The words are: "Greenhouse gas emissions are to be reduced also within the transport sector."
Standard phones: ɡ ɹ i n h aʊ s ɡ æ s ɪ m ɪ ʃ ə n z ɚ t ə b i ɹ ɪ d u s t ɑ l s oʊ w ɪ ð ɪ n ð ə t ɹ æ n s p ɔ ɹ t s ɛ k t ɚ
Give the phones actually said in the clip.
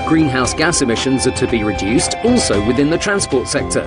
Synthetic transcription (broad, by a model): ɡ ɹ i n h aʊ s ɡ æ s ɪ m ɪ ʃ ə n z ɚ t ə b i ɹ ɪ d u s t ɑ l s oʊ w ɪ ð ɪ n ð ə t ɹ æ n s p ɔ t s ɛ k t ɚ